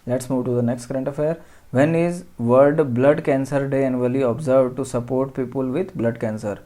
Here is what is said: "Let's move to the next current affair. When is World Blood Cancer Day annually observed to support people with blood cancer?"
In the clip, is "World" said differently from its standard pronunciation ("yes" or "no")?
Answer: yes